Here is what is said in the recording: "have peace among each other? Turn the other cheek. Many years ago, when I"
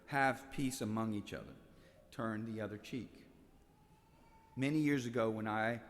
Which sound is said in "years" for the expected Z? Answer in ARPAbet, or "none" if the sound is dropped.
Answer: Z